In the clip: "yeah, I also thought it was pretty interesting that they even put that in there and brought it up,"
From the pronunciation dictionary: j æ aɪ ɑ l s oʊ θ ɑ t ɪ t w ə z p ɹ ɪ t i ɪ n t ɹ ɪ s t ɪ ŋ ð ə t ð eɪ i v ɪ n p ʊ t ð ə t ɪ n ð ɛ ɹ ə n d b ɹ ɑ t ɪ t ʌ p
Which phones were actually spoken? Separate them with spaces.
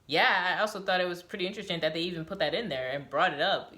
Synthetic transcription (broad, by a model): j æ aɪ ɑ l s oʊ θ ɑ t ɪ t w ə z p ɹ ɪ t i ɪ n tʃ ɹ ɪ s t ɪ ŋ ð ə t ð eɪ i v ɪ n p ʊ t ð ə t ɪ n ð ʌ ɹ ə n b ɹ ɑ t ɪ t ʌ p